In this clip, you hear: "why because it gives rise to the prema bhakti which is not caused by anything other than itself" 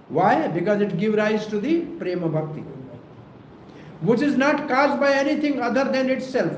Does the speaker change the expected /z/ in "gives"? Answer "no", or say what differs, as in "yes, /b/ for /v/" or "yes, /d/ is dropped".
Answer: yes, /z/ is dropped